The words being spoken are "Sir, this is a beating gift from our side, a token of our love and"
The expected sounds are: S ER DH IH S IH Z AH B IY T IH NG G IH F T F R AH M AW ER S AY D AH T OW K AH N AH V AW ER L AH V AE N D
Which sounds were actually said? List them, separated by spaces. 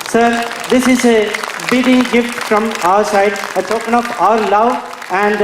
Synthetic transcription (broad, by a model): S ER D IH S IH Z AH B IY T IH NG G IH F T F R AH M AW ER S AY D AH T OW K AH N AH P AW ER L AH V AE N D